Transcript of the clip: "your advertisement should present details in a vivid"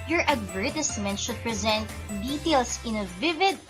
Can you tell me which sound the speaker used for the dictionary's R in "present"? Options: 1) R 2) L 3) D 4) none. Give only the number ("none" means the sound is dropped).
1